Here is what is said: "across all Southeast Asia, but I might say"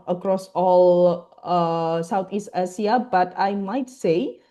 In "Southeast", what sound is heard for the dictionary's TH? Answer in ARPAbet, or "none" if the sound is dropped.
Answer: T